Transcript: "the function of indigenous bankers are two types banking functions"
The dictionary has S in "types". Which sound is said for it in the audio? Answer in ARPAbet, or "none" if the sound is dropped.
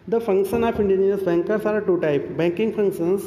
none